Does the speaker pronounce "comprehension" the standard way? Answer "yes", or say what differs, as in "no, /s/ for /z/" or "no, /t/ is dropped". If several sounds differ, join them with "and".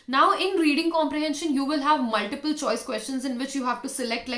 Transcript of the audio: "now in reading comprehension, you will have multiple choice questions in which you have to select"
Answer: yes